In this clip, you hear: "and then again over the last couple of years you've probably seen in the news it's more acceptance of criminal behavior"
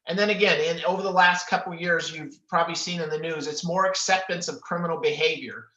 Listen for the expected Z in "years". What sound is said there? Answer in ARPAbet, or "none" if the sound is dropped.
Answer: Z